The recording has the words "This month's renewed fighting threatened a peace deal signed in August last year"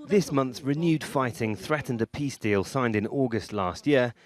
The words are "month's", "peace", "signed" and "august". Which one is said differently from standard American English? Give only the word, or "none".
none